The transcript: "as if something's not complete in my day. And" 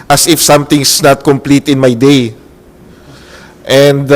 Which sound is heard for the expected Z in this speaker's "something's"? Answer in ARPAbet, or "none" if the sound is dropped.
S